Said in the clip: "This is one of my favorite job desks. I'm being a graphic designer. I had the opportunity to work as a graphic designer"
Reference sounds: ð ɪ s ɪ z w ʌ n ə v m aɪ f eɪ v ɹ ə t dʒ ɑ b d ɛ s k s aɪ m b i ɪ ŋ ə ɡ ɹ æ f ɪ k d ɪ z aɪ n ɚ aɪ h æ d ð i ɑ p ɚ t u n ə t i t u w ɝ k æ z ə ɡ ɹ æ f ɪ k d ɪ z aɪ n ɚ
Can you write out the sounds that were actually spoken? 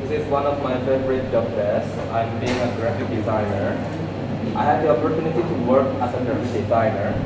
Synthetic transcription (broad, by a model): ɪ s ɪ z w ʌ n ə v m aɪ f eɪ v ɹ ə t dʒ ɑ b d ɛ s s aɪ m b i ɪ ŋ ə ɡ ɹ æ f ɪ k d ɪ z aɪ n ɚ aɪ h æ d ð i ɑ p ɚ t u n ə t i t u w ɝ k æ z ə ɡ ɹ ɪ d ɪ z aɪ n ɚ